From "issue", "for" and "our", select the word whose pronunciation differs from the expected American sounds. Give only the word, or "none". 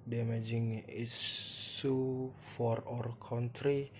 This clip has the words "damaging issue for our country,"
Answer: issue